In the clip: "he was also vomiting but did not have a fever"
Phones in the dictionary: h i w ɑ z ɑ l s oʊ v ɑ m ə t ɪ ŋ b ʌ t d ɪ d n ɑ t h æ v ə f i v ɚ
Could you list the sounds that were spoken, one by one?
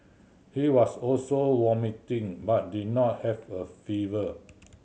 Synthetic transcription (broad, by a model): h i w ɑ s ɑ l s oʊ w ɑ m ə t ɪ ŋ b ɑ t d ɪ d n ɑ t h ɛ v ə f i v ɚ